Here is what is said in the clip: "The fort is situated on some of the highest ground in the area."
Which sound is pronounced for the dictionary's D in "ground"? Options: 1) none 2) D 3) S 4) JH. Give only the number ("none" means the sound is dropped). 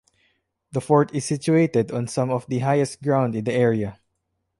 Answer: 2